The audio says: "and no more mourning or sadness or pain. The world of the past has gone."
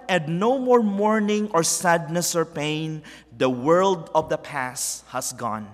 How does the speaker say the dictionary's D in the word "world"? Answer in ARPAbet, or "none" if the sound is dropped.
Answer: D